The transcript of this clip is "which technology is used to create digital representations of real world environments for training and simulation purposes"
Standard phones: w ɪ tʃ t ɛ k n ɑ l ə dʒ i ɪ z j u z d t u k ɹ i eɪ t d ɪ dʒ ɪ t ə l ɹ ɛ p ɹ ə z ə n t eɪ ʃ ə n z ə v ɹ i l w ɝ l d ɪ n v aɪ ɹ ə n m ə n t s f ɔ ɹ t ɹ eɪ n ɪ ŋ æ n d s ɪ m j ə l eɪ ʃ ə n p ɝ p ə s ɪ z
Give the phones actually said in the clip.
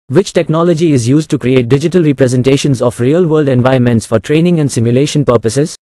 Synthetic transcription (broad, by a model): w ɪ tʃ t ɛ k n ɑ l ə dʒ i ɪ z j u z d t u k ɹ i eɪ t d ɪ dʒ ɪ t ə l ɹ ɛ p ɹ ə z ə n t eɪ ʃ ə n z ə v ɹ i l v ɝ l d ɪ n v aɪ ə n m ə n t s f ɔ ɹ t ɹ eɪ n ɪ ŋ æ n d s ɪ m j ə l eɪ ʃ ə n p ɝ p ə s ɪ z